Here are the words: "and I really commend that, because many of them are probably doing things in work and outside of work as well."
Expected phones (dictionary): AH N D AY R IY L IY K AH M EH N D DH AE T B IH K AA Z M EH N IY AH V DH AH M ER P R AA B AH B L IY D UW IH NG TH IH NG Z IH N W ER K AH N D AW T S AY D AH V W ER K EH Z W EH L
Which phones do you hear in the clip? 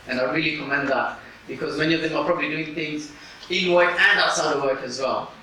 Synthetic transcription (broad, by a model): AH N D AY R IY L IY K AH M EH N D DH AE T B IH K AA Z M EH N IY AH V DH AH M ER P R AA B AH B L IY D UW IH NG TH IH NG Z IH N W ER K AH N D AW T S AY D AH V W ER K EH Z W EH L